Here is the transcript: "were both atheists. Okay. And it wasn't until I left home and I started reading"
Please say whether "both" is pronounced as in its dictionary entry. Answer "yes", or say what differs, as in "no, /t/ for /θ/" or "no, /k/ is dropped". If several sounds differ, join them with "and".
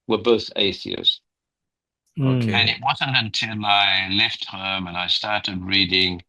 yes